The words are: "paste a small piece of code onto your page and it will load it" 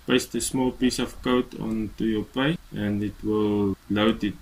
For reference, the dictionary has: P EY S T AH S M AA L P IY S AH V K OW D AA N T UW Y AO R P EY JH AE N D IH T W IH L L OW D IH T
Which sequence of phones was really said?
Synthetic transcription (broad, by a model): P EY S T AH S M AA L P IY S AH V K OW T AA N T UW Y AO P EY AE N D IH T W IH L L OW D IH T